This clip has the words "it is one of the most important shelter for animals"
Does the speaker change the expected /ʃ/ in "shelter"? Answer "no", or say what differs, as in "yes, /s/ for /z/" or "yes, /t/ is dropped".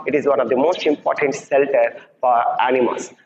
yes, /s/ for /ʃ/